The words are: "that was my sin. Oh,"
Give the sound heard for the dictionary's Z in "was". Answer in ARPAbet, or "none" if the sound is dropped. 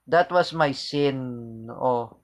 S